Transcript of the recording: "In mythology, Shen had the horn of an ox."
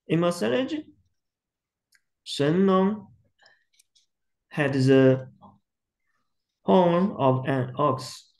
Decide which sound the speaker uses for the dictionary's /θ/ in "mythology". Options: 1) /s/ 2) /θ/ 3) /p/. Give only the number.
1